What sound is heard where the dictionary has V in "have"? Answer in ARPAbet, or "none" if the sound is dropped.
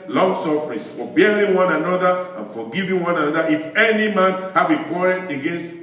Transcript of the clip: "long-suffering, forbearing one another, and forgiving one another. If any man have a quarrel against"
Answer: B